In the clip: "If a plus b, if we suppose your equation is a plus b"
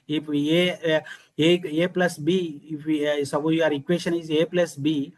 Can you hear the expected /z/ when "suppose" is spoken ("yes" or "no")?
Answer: no